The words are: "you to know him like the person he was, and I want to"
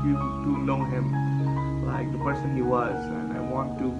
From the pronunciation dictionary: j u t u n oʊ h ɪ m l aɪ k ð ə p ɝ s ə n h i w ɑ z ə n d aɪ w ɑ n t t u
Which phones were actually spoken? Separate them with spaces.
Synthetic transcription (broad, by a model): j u t u l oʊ h ɪ m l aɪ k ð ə p ɝ s ə n h i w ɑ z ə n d aɪ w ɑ n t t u